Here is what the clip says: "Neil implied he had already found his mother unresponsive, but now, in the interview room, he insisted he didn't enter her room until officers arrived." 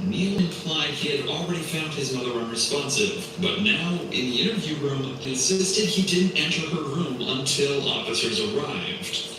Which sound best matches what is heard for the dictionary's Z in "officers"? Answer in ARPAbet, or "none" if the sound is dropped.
Z